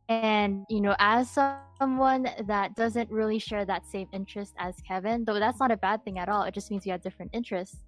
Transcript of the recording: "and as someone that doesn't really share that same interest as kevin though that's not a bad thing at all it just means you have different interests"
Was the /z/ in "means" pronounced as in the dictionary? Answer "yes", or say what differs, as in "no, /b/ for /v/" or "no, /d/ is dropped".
yes